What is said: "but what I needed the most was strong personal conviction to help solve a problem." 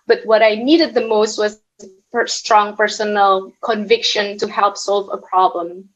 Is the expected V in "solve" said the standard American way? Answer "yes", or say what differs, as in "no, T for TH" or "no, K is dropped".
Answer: yes